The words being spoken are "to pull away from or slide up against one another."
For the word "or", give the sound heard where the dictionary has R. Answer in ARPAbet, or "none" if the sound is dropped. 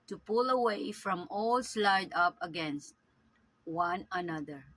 L